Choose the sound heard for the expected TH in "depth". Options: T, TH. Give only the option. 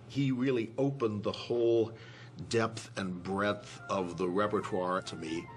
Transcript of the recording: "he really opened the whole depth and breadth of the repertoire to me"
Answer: TH